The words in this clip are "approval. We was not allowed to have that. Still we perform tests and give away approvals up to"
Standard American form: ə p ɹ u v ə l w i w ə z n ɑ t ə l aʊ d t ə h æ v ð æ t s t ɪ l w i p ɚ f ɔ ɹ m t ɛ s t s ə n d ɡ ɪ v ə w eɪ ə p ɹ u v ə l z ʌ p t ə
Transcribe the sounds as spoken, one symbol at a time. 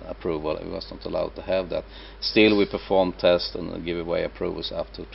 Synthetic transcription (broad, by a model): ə p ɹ u v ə l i w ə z n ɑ t ə l aʊ d t ə h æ v ð æ t s t ɪ l w i p ɚ f ɔ ɹ m t ɛ s t ə n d ɡ ɪ v ə w eɪ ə p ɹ u v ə l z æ f t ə